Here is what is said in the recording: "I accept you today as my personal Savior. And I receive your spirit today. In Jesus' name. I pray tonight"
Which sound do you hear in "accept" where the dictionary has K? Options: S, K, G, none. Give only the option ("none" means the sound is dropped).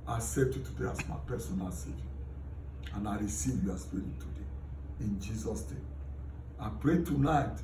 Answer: none